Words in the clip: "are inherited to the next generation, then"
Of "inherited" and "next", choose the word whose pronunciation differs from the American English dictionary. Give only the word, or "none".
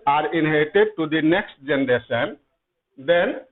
inherited